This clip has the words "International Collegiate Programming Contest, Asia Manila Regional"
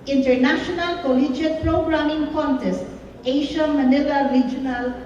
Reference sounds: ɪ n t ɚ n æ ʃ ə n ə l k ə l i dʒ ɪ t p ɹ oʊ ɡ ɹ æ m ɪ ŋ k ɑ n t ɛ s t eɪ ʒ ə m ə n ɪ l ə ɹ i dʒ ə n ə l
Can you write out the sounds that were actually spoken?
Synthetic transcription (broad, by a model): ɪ n t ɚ n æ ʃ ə n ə l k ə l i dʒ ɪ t p ɹ oʊ ɡ ɹ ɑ m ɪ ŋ k ɑ n t ɛ s t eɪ ʃ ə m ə n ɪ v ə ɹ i dʒ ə n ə l